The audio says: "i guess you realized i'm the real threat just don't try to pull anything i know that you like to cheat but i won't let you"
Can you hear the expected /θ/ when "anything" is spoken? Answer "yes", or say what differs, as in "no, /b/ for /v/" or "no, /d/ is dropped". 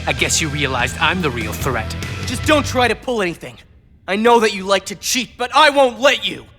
yes